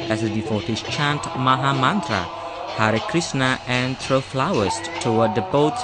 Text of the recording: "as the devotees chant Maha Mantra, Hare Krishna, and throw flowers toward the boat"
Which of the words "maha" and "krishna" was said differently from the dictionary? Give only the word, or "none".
krishna